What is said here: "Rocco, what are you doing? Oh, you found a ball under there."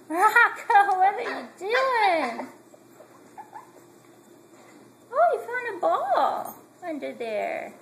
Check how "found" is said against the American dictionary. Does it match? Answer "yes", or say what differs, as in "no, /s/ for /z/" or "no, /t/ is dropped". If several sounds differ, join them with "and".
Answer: no, /d/ is dropped